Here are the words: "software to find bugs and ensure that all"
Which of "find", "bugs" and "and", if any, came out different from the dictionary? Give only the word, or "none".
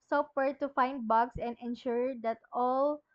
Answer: bugs